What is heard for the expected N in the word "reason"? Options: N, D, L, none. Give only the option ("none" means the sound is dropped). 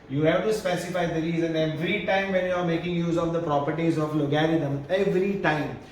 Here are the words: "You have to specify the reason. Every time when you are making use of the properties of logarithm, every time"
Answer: N